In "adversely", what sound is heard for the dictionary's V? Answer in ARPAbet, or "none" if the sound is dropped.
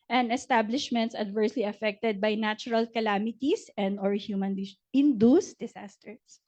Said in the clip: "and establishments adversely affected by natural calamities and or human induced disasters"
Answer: V